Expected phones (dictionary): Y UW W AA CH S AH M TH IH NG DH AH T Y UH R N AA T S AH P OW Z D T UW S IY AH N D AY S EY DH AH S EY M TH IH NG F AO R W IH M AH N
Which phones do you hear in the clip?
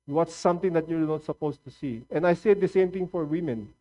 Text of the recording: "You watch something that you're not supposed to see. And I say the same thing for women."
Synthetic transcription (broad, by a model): W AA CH S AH M T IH NG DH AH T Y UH R N AA T S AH P OW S T UW S IY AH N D AY S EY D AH S EY M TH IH NG F AO R W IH M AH N